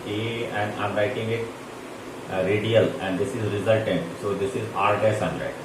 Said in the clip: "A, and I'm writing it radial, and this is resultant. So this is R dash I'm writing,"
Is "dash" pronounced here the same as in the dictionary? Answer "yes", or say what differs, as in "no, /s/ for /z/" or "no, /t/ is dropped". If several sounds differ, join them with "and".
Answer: no, /s/ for /ʃ/